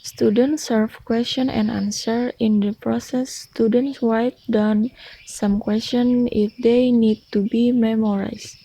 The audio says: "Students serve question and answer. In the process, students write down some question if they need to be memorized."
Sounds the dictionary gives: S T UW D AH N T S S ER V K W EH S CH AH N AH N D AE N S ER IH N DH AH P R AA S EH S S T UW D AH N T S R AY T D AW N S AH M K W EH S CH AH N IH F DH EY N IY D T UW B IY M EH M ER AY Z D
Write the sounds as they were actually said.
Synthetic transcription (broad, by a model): S T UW D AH N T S S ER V K W EH S CH AH N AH N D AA N S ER IH N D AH P R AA S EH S S T UW D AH N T S W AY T D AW N S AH M K W EH S CH AH N IH F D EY N IY D T UW B IY M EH M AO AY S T